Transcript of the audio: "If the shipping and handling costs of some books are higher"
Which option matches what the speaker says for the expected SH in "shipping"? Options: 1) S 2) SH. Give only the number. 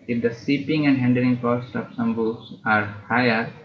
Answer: 1